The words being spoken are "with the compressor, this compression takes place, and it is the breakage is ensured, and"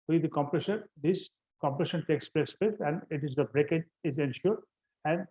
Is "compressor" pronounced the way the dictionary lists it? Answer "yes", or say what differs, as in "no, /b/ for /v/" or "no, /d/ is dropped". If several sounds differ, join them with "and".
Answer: no, /ʃ/ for /s/